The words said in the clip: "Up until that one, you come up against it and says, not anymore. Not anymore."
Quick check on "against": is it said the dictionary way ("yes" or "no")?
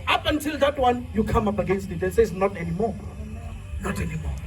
yes